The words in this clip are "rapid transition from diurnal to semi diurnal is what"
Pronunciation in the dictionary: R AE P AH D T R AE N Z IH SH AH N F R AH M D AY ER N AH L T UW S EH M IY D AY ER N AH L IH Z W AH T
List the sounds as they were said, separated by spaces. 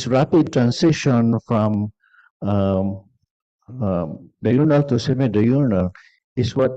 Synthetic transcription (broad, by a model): R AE P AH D T R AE N S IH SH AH N F R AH M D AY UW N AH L T UW S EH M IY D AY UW N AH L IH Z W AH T